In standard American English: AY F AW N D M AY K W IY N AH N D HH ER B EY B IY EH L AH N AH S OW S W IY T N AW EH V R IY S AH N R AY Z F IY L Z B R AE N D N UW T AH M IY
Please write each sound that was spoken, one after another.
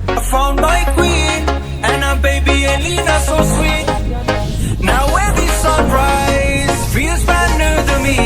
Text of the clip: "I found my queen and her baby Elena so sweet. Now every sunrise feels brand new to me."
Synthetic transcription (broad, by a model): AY F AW N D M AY K W IY N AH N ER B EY B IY EH L AH N AH S OW S W IY T N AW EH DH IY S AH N R AY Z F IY Z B AE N N UW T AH M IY